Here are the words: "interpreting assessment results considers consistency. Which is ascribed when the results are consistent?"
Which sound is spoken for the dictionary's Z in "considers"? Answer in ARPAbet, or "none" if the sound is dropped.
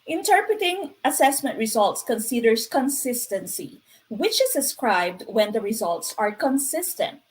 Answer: S